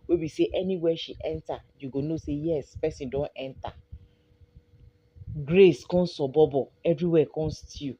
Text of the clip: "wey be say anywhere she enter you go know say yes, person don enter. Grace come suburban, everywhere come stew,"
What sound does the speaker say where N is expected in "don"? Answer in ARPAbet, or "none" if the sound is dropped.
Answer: N